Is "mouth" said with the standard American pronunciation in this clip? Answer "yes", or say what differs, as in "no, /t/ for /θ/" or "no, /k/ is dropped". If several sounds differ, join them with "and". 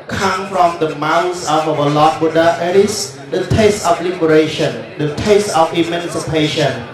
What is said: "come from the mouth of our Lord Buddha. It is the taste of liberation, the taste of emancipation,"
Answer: no, /s/ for /θ/